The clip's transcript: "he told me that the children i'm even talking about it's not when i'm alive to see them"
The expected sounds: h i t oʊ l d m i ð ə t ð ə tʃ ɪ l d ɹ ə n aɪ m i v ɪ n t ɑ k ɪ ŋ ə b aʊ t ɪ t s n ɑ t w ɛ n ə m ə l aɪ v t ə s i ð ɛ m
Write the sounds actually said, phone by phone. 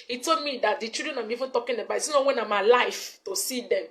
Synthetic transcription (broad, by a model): h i t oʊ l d m i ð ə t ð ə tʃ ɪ d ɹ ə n aɪ m i v ɪ n t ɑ k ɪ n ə b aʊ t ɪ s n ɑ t w ɛ n ə m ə l aɪ f t ə s i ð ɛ m